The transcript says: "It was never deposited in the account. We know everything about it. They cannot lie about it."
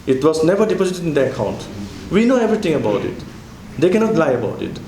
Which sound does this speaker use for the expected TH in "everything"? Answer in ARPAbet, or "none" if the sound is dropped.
T